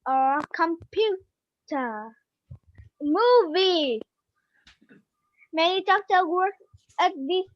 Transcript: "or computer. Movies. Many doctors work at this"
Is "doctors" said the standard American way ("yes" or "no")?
no